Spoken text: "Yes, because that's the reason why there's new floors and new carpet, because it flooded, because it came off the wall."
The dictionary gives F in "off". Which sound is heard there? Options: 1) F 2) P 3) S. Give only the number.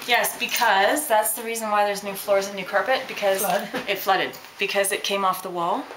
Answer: 1